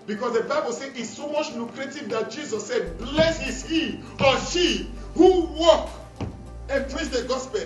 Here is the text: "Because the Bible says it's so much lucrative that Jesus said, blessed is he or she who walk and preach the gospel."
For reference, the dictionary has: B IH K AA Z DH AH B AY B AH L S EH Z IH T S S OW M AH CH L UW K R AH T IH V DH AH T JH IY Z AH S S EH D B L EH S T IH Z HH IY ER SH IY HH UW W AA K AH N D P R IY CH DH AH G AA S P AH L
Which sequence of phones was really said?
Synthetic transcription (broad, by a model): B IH K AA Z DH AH B AY B AH L S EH IH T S S OW M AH CH L UW K R AH T IH V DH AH T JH IY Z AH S S EH D B L EH S IH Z HH IY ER S IY HH UW W AA K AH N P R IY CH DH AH G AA S P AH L